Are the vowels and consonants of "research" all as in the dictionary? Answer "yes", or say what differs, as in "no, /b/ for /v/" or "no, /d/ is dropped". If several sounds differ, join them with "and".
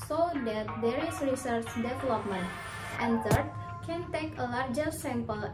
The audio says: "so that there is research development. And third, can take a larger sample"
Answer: yes